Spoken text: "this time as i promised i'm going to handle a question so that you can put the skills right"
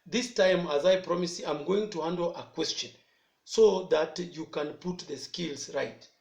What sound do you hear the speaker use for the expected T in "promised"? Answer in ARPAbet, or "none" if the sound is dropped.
none